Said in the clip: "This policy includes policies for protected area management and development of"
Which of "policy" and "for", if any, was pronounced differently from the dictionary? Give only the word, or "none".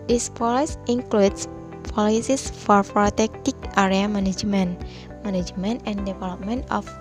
none